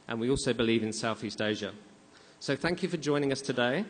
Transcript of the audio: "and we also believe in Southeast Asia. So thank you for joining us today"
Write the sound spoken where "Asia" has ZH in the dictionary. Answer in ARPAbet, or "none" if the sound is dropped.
ZH